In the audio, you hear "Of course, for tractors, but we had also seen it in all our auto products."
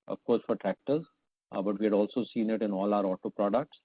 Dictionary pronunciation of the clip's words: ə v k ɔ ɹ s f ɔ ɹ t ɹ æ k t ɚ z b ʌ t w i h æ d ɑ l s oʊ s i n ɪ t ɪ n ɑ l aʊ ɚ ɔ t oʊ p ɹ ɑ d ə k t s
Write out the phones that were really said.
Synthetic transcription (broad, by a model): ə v k ɔ ɹ s f ɔ ɹ t ɹ æ k t ɚ z b ʌ t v i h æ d ɑ l s oʊ s i n ɪ t ɪ n ɑ l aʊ ɚ ɔ t oʊ p ɹ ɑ d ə k t s